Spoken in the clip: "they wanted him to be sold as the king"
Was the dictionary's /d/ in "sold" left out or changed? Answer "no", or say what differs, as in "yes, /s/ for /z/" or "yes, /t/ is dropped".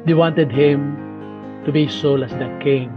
yes, /d/ is dropped